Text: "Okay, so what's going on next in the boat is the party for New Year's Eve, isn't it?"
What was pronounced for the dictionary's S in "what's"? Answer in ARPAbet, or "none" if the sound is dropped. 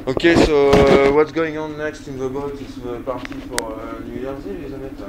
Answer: S